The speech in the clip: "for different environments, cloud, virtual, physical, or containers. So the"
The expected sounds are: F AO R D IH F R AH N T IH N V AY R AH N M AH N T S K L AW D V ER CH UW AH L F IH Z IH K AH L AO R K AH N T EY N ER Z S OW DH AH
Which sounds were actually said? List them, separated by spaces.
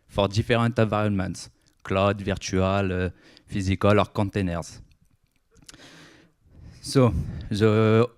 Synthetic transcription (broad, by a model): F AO R D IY F R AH T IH V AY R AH N M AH N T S K L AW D V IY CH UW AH L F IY Z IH K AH L AO R K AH T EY N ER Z S OW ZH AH